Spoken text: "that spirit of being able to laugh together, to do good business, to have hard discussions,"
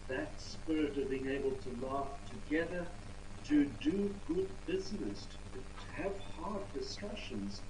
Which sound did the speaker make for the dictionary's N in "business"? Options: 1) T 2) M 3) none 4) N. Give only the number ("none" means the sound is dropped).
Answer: 4